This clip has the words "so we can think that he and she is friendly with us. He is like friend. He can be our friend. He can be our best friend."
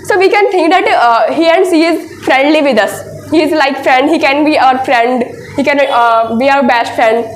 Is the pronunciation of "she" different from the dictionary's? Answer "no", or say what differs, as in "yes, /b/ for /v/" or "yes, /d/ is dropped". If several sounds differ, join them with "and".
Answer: yes, /s/ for /ʃ/